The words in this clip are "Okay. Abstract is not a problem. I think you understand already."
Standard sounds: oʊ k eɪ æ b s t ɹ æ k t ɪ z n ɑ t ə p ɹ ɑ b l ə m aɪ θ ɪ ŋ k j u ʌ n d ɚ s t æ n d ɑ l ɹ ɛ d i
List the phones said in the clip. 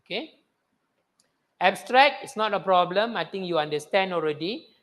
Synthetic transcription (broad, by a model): k eɪ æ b s t ɹ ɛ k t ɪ s n ɑ t ə p ɹ ɑ b l ə m aɪ t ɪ ŋ k j u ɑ n d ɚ s t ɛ n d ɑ l ɹ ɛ d i